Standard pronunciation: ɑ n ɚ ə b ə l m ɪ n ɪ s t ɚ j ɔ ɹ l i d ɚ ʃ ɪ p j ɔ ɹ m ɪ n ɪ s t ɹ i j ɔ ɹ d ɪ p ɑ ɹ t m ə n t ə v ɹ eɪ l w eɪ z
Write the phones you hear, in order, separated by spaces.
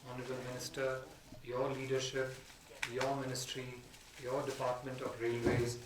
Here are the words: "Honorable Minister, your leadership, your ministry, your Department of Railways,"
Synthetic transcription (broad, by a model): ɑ n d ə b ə l m ɪ n ɪ s t ɚ j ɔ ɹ l i d ɚ ʃ ɪ p j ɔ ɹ m ɪ n ɪ s t ɹ i j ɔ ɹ d ɪ p ɑ ɹ t m ə n t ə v ɹ eɪ l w eɪ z